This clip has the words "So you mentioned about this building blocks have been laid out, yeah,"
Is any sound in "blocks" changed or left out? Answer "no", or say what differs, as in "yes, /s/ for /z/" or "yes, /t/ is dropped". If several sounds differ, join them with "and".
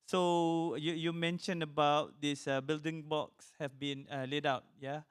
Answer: yes, /l/ is dropped